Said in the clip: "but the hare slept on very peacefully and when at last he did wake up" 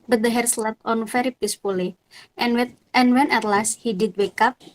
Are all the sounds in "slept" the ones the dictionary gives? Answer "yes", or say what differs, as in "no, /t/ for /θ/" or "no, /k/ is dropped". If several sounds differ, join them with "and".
no, /p/ is dropped